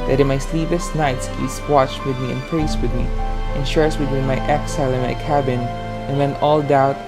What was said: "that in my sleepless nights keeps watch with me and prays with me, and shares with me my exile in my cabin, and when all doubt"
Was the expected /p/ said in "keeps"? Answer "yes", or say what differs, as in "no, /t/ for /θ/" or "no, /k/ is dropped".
no, /p/ is dropped